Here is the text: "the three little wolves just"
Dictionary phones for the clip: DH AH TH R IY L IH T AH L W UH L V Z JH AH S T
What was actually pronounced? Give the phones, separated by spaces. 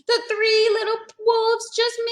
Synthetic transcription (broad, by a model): DH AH TH R IY L IH T L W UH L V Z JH AH S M